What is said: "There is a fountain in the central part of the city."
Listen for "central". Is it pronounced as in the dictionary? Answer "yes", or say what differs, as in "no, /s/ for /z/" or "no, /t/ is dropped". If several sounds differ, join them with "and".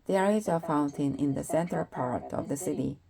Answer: no, /ɹ/ is dropped